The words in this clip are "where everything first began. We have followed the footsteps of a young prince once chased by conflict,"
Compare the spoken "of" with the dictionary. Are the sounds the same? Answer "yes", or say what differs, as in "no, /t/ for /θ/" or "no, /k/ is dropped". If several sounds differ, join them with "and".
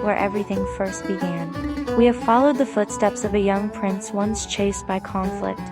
yes